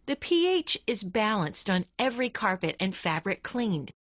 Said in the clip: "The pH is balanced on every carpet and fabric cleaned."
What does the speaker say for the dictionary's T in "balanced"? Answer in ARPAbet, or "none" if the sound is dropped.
T